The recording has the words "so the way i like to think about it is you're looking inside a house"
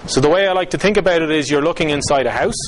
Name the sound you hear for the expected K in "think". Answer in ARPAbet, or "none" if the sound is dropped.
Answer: K